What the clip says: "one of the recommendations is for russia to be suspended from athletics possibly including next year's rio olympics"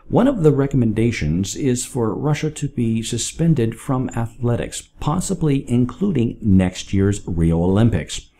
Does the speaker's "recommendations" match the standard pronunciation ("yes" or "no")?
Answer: yes